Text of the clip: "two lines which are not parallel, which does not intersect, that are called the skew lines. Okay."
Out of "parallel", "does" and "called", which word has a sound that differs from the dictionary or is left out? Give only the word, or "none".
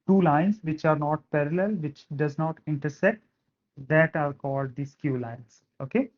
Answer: none